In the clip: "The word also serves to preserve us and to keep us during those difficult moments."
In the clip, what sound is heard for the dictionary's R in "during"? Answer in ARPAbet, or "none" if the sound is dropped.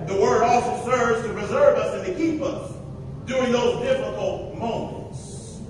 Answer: R